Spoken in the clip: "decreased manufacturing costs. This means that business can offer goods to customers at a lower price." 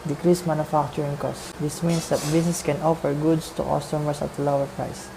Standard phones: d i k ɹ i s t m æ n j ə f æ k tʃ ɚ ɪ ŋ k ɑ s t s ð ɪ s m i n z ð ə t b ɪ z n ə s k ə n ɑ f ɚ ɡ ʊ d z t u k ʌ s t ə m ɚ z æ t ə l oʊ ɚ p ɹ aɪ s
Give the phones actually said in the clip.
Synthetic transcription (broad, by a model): d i k ɹ i s m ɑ n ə f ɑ k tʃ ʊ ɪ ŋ k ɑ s s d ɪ s m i n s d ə t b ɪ s n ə s k ə n ɑ f ɚ ɡ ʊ d s t u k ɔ s t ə m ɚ s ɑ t ə l oʊ ɚ p ɹ aɪ s